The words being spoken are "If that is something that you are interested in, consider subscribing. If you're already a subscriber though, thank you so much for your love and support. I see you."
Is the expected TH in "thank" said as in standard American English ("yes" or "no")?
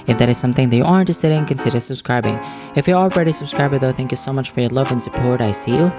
yes